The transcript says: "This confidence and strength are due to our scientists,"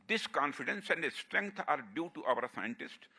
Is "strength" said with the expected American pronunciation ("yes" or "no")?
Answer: no